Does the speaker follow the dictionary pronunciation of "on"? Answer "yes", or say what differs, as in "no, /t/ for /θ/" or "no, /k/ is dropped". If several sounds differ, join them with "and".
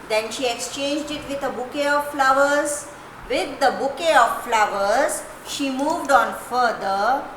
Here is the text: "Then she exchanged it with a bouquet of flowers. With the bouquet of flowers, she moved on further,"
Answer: yes